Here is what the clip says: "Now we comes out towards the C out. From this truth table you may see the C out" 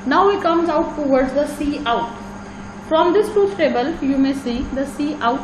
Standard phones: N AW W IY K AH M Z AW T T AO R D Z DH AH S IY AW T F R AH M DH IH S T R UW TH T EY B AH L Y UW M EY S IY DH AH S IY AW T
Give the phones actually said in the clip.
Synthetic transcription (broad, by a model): N AW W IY K AH M Z AW T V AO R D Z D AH S IY AW T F R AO M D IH S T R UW F T EY B AH L Y UW M EY S IY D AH S IY AW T